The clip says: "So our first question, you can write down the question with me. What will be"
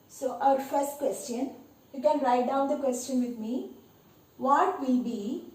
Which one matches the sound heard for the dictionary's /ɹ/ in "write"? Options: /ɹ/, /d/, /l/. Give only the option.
/l/